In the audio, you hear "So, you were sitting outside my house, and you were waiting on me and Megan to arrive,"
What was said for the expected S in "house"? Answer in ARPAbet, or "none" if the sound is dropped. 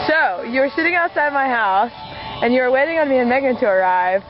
S